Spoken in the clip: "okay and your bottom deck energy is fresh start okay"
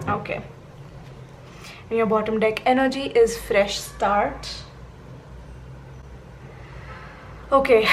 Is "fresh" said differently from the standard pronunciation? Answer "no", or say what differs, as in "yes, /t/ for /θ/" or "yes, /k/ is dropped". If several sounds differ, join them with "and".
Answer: no